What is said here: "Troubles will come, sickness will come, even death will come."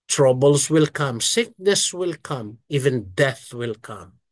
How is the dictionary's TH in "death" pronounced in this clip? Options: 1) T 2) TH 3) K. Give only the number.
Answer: 2